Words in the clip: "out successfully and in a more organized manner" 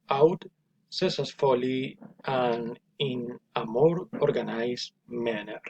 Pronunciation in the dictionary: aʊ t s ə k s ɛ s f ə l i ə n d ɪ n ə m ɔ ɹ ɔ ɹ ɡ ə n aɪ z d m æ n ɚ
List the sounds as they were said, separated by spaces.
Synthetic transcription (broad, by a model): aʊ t s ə s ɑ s f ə l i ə n ɪ n ə m ɔ ɹ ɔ ɹ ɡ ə n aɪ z m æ n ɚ